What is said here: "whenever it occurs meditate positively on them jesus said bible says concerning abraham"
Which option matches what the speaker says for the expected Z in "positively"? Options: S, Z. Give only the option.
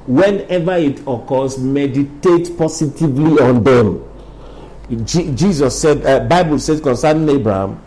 S